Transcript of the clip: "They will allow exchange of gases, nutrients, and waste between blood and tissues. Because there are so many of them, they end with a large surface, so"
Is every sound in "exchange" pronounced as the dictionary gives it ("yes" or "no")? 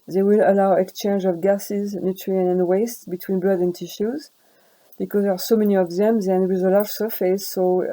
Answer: yes